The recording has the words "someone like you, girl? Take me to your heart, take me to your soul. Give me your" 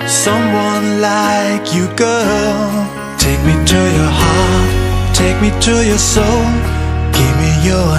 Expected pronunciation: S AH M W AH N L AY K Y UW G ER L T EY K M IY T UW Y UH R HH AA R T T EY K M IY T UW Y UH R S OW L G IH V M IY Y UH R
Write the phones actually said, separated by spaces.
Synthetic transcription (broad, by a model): S AH M W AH N L AY K Y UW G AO T EY K M IY T UW Y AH R HH AA R T T EY K M IY T UW Y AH R S OW L G IH V M IY Y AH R